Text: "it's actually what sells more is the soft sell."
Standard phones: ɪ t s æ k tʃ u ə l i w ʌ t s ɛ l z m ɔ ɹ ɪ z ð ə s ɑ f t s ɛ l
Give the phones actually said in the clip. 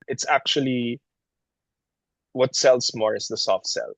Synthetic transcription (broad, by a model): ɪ t s æ k tʃ u ə l i w ʌ t s ɛ l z m ɔ ɹ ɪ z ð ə s ɑ f t s ɛ l